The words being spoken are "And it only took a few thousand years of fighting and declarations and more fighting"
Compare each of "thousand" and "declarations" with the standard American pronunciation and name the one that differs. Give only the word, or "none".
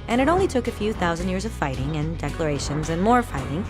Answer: none